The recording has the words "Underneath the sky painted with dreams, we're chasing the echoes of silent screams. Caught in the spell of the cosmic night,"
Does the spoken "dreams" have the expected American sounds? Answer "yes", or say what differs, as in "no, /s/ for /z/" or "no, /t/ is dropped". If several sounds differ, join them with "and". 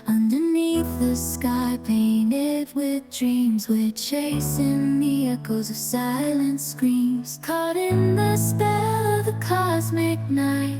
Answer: yes